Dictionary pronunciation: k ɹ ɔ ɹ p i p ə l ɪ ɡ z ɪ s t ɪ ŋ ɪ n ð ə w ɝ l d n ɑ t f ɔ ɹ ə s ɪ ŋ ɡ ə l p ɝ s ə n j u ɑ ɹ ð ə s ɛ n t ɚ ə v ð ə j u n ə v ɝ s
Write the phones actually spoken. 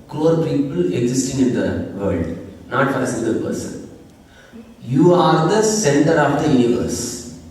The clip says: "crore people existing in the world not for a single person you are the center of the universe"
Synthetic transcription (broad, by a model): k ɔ ɹ p i p ə l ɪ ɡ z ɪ s t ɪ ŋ ɪ n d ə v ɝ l d n ɑ t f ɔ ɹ ə s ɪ ɡ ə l p ɝ s ə n j u ɑ ɹ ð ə s ɛ n t ɚ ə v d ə j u n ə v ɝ s